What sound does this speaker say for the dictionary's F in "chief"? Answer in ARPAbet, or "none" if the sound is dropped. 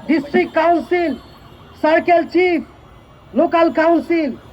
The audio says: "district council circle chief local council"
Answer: P